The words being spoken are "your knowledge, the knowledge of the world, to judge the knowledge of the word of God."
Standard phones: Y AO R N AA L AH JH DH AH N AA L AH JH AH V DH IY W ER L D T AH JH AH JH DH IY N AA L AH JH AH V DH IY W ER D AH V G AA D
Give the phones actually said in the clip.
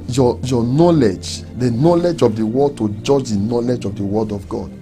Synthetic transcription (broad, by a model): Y AO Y N AA L AH JH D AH N AA L AH JH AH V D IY W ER D T AH JH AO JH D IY N AA L AH JH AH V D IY W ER D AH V G AA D